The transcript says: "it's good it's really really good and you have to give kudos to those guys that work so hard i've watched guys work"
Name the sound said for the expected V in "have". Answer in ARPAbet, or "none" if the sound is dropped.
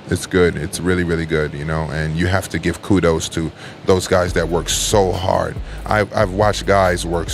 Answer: F